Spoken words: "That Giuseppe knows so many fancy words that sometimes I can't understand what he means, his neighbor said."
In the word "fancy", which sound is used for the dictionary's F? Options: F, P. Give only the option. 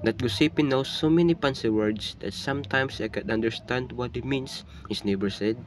P